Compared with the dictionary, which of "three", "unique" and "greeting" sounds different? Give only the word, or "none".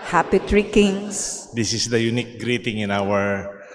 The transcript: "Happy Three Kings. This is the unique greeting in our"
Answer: three